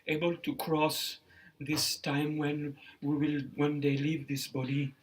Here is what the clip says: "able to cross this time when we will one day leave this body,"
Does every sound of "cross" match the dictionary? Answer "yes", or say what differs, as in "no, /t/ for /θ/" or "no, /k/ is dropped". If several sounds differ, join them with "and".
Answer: yes